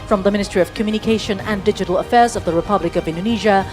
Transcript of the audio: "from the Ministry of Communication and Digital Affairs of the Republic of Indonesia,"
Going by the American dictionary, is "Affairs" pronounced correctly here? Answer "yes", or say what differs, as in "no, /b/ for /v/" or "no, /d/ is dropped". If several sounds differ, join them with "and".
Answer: yes